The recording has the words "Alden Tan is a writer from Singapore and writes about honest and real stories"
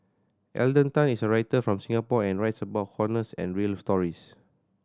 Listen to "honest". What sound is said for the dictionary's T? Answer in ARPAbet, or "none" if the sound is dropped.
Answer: none